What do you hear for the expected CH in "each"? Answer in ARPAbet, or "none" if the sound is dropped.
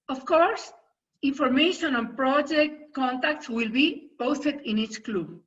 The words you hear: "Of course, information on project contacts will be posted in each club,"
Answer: CH